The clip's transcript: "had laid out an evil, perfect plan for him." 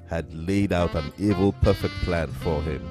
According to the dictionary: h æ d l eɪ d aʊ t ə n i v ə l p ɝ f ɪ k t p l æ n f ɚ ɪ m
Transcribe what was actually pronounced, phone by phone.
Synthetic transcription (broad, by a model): h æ d l eɪ d aʊ t ə n i v ə l p ɝ f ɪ k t p l æ n f ɚ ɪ m